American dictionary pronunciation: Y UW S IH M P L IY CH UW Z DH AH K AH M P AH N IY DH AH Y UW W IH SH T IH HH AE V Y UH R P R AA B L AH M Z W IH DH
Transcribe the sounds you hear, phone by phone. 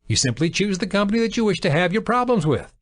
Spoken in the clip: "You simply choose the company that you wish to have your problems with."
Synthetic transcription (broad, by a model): Y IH S IH M P L IY CH UW Z DH AH K AH M P AH N IY DH AH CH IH W IH SH T IH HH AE V Y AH R P R AA B L AH M Z W IH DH